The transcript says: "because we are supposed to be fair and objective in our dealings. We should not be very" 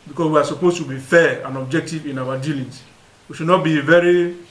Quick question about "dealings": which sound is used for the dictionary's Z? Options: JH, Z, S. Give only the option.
S